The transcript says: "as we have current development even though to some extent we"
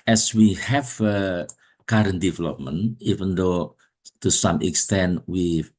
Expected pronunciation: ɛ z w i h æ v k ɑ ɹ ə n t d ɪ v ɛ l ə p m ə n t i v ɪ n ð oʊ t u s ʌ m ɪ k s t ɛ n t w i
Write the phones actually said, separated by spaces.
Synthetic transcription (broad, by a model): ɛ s w i h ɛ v k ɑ ɹ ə n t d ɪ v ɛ l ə p m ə n i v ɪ n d oʊ t u s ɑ m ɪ k s t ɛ n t w i